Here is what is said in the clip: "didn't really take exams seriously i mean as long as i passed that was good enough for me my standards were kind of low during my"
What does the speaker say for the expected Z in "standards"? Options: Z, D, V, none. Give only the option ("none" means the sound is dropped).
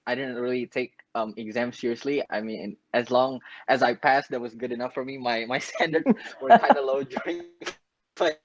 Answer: none